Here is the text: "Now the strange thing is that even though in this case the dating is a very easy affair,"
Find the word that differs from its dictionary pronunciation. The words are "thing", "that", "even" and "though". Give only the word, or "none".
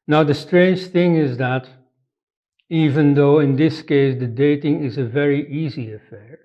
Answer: none